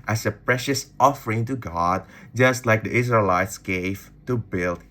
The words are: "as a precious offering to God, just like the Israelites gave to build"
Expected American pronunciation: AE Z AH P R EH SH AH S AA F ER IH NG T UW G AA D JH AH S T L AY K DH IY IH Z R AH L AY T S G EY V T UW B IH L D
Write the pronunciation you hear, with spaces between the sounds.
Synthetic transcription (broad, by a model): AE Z AH P R EH SH AH S AA F ER IH NG T UW G AA D JH AH S T L AY K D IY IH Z R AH L AY T S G EY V T UW B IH L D